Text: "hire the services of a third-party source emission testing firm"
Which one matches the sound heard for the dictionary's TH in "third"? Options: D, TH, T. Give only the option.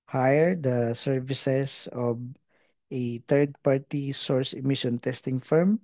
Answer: T